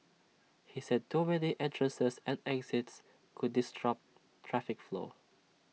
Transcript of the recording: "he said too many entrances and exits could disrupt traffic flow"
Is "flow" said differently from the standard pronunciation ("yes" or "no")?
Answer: no